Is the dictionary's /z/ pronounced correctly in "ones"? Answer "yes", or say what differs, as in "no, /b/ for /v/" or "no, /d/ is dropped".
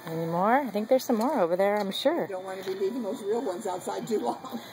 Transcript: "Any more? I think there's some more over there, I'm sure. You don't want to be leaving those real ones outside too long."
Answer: yes